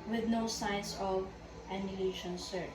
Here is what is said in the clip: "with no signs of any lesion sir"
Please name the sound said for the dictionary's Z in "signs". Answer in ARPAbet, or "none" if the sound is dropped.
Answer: S